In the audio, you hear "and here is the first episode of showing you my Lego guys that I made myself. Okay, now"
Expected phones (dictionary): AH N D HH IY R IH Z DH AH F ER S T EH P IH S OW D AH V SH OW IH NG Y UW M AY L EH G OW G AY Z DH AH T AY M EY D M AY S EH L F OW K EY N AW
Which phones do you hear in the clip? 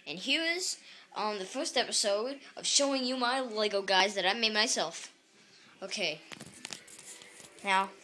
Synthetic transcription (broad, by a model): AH N HH IY R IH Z DH AH F ER S T EH P IH S OW D AH V SH OW IH NG Y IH M AY L EH G OW G AY Z DH AH T AY M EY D M AY S EH L F OW K EY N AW